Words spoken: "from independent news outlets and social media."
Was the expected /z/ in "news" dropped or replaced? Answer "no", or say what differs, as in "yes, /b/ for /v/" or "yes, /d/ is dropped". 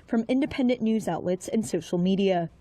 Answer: no